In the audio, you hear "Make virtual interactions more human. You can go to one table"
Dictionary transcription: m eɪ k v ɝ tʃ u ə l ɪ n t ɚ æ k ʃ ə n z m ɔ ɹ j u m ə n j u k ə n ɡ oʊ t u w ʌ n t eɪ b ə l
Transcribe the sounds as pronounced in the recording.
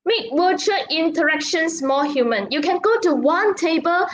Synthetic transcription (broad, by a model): m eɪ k w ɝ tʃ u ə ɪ n t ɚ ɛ k ʃ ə n s m ɔ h j u m ə n j u k ə n ɡ oʊ t u w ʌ n t eɪ b ə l